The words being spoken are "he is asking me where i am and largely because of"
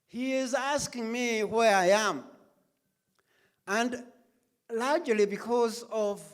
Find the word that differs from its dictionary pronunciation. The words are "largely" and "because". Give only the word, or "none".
none